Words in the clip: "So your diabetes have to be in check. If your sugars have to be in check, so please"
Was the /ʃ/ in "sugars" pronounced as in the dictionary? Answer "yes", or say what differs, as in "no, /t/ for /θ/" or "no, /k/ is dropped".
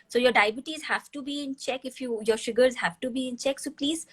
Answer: yes